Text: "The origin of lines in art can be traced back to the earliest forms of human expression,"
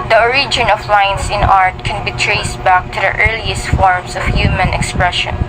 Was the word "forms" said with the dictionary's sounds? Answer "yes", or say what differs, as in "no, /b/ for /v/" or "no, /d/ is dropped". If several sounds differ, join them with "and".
no, /s/ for /z/